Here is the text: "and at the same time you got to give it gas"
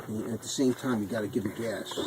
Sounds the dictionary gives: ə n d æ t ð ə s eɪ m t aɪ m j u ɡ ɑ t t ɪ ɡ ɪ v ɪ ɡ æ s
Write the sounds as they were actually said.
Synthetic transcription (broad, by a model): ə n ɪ t ð ə s eɪ m t aɪ m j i ɡ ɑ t t ɪ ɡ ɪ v ɪ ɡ æ s